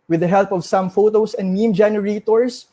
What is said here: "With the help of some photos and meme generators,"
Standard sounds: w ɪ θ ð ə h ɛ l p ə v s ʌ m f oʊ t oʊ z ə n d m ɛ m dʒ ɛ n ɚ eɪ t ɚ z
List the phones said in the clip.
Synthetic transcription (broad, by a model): w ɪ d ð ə h ɛ l p ə v s ʌ m f oʊ t oʊ s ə n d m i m dʒ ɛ n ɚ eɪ t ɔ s